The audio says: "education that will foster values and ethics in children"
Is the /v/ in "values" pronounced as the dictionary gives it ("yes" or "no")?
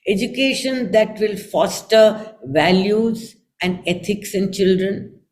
yes